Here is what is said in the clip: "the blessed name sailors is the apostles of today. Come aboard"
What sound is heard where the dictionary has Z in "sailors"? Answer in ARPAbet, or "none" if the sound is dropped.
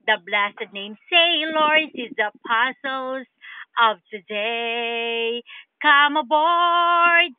S